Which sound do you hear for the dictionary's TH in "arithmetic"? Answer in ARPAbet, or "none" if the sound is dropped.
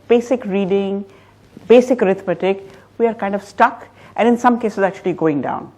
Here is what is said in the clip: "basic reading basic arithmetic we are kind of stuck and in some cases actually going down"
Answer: T